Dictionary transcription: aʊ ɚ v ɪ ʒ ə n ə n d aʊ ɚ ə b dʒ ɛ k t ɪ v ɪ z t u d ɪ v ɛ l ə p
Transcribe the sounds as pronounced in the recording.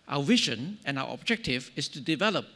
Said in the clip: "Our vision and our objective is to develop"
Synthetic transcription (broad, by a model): aʊ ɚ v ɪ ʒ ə n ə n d aʊ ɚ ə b dʒ ɛ k t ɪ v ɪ s t u d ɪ v ɛ l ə p